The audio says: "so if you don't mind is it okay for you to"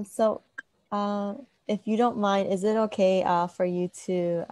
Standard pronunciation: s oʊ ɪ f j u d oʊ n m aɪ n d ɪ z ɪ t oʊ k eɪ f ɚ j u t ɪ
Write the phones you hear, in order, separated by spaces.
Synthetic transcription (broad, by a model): s oʊ ɪ f j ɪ d oʊ n m aɪ n d ɪ z ɪ t oʊ k eɪ f ɚ j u t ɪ